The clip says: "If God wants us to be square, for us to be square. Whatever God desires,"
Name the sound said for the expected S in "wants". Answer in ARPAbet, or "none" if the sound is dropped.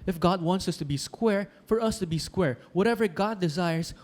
S